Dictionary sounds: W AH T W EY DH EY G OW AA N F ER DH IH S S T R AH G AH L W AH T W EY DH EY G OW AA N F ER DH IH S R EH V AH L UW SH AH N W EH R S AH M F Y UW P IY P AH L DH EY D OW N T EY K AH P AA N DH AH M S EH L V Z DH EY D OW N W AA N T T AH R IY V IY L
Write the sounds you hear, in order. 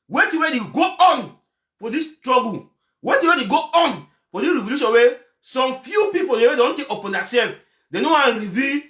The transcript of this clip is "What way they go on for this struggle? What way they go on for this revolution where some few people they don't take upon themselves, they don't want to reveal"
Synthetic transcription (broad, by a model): W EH T W EY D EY G OW AA N F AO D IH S S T R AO G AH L W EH T W EY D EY G OW AA N F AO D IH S R EH V AH L UW SH AH N W EH S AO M F Y UW P IY P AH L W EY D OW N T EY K AH P AA N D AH S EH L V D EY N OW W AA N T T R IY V IY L